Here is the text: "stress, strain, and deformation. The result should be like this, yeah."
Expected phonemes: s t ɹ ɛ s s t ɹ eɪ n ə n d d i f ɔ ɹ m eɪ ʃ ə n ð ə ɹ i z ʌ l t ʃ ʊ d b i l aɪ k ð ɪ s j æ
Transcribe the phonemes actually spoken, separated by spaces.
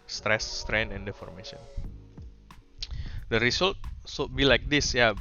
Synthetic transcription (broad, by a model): s t ɹ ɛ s s t ɹ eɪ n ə n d d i f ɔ ɹ m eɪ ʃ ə n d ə ɹ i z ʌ l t s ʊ b i l aɪ k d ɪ s j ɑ